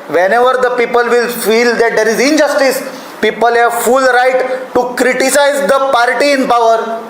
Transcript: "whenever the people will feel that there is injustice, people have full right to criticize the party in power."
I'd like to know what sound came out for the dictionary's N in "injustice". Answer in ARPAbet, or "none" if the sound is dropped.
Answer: N